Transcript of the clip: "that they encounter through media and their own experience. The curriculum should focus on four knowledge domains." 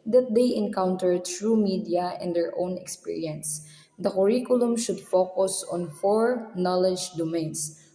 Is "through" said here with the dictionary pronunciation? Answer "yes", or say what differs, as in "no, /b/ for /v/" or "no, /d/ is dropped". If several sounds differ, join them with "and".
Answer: no, /t/ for /θ/